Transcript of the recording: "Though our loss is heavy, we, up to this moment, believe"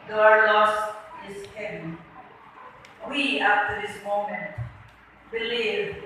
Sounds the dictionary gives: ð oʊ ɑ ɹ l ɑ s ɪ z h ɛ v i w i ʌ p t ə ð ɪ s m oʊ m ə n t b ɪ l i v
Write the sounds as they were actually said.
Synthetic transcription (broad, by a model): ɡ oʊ ɑ ɹ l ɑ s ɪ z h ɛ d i w i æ f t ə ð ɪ s m oʊ m ə n t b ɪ l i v